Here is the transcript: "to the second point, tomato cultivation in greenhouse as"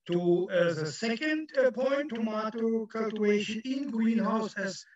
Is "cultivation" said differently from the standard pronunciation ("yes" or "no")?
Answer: yes